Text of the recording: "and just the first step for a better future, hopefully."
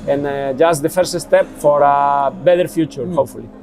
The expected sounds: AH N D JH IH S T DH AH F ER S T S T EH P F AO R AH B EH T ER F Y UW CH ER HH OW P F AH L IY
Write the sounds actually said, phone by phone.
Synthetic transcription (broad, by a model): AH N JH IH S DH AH F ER S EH S T EH P F AO R AH B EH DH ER F Y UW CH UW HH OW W F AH L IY